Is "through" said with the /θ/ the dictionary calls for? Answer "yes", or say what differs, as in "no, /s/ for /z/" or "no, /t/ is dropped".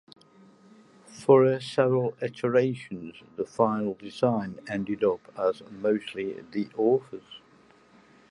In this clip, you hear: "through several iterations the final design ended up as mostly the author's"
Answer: no, /f/ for /θ/